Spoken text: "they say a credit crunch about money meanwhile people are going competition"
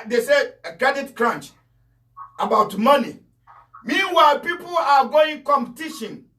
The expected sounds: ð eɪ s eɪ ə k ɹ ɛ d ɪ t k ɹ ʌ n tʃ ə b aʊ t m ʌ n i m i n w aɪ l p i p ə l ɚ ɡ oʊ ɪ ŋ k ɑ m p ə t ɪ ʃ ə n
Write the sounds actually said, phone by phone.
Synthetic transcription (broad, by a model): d eɪ s eɪ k ɛ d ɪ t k ɹ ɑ n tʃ ə b aʊ t m ʌ n i m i n w aɪ p i p ə l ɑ ɡ oʊ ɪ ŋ k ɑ m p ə t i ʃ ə n